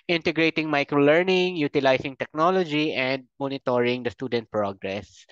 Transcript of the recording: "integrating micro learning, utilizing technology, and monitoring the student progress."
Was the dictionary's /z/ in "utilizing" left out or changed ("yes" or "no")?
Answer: yes